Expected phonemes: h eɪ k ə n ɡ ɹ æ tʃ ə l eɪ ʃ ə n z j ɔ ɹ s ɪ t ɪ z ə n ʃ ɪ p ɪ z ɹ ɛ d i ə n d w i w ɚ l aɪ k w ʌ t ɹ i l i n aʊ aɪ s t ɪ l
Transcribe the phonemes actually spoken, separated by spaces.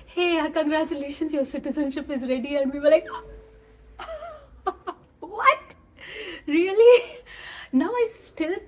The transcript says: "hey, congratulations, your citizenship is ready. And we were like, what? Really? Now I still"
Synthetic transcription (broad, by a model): h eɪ k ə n ɡ ɹ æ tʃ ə l eɪ ʃ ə n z j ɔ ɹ s ɪ t ɪ z ə n ʃ ɪ p ɪ z ɹ ɛ d i ə n d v i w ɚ l aɪ k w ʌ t ɹ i l i n aʊ aɪ s t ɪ l